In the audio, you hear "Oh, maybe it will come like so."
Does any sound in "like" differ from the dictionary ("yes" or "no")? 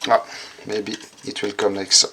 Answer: yes